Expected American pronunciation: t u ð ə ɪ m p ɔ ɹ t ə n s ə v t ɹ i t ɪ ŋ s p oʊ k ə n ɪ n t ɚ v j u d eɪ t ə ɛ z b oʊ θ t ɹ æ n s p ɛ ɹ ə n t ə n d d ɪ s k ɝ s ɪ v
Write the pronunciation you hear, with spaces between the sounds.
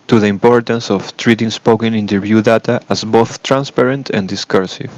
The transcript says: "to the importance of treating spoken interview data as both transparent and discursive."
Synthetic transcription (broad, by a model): t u ð ə ɪ m p ɔ ɹ t ə n s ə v t ɹ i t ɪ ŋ s p oʊ k ə n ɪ n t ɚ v j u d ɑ t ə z b oʊ θ t ɹ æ n s p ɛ ɹ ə n t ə n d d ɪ s k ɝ s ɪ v